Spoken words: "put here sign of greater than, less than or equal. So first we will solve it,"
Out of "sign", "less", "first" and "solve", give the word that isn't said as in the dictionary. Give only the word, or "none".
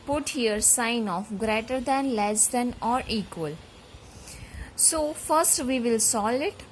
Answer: solve